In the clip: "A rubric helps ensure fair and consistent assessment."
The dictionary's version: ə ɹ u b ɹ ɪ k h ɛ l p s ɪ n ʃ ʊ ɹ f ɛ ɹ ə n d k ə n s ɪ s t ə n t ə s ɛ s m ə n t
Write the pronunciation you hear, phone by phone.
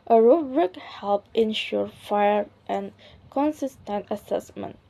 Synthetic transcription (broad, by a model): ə ɹ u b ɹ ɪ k h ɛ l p ɪ n ʃ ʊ ɹ f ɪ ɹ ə n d k ə n s ɪ s t ə n t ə s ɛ s m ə n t